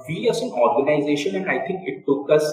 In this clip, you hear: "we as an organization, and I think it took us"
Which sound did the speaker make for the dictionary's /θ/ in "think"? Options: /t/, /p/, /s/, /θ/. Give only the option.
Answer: /t/